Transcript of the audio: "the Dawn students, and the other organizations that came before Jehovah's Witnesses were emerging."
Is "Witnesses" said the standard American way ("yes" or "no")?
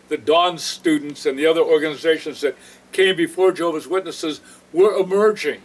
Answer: yes